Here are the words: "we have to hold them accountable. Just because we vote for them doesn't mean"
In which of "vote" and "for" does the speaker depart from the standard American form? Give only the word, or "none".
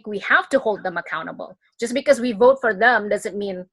none